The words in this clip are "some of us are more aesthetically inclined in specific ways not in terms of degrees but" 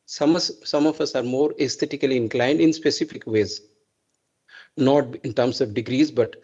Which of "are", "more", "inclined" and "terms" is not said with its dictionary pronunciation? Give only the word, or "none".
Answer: terms